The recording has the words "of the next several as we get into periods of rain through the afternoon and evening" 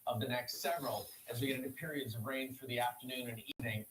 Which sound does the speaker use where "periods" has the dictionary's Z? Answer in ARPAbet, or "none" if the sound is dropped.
Z